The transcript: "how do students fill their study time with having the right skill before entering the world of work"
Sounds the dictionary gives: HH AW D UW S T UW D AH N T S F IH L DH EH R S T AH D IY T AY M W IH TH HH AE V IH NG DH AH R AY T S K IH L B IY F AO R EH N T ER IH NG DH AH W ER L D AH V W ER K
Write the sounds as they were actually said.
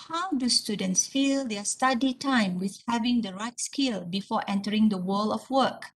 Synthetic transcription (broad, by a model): HH AW D UW S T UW D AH N T S F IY L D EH S T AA D IY T AY M W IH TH HH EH V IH NG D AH R AY T S K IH L B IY F AO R EH N T ER IH NG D AH W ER L AH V W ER K